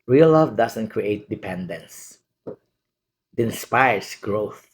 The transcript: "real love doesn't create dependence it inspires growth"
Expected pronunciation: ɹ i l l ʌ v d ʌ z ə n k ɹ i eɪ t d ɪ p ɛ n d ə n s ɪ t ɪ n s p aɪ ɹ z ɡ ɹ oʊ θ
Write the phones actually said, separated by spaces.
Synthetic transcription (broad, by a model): ɹ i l l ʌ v d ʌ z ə n k ɹ i eɪ t d ɪ p ɛ n d ə n s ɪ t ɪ n s p aɪ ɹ s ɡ ɹ oʊ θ